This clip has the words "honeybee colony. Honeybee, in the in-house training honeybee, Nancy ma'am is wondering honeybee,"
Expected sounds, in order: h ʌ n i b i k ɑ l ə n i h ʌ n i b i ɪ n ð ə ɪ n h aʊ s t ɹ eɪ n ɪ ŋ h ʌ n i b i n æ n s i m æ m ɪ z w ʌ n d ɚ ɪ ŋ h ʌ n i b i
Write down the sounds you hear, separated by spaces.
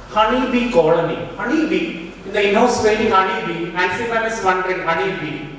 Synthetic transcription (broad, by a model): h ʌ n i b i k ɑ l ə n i h ʌ n i b i ɪ n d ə ɪ n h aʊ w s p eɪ l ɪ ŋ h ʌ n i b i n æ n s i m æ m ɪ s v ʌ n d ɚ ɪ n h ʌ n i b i